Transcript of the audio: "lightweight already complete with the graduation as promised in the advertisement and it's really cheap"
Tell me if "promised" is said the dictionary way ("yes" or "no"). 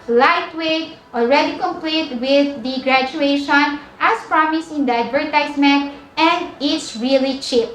no